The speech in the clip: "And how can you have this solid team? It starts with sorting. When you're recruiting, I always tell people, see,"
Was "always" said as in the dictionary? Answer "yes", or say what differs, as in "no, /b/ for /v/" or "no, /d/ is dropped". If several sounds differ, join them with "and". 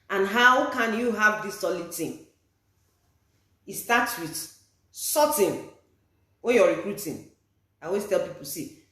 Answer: no, /l/ is dropped